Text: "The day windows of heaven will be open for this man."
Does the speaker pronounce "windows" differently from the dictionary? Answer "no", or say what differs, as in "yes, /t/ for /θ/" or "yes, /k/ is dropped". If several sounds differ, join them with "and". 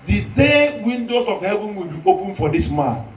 yes, /s/ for /z/